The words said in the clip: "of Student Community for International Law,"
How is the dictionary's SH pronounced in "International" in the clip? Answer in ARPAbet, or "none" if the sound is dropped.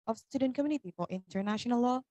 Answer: SH